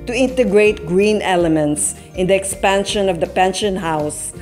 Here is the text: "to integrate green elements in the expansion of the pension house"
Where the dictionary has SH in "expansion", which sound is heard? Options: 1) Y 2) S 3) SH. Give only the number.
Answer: 3